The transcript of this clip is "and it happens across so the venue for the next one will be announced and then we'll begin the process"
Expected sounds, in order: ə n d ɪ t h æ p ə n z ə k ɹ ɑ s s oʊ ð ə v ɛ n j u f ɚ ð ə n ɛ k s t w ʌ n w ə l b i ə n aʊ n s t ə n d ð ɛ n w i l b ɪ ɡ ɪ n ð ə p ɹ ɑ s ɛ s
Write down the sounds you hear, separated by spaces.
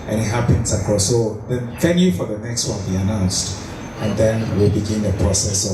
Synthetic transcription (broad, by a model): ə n ɪ t h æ p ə n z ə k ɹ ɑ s s oʊ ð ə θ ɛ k j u f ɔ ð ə n ɛ k s t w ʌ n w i ə n aʊ n s t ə n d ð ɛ n w i l b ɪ ɡ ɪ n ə p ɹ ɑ s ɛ s